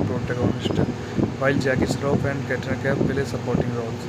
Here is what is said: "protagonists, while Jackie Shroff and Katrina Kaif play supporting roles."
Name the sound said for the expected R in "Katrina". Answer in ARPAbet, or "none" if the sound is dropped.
none